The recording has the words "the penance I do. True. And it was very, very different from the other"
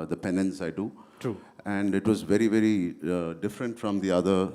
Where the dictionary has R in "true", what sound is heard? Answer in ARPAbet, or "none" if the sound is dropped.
none